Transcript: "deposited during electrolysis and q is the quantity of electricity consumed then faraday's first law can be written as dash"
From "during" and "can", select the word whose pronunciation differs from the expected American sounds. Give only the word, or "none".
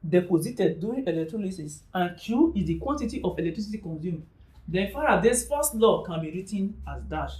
during